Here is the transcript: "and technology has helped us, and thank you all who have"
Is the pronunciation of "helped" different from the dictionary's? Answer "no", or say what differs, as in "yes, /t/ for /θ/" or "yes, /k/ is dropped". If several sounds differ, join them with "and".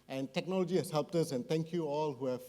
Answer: no